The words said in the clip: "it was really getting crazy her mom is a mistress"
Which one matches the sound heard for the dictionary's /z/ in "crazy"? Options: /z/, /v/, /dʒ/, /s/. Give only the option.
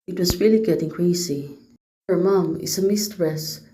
/s/